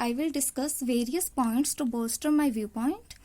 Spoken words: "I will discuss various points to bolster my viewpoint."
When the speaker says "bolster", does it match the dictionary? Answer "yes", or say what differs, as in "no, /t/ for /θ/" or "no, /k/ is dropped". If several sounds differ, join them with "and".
no, /l/ is dropped